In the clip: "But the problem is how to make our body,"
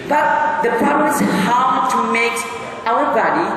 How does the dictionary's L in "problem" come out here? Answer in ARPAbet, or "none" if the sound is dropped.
none